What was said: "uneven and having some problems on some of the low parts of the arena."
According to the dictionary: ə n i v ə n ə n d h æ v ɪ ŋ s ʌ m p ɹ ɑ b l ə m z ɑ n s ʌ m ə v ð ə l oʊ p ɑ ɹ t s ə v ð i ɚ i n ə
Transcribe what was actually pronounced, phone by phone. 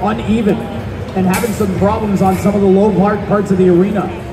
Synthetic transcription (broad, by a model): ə n i v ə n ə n h æ v ɪ ŋ s ʌ m p ɹ ɑ b l ə m z n s ʌ m ə v ð ə l oʊ p ɑ ɹ t s ə v ð i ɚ i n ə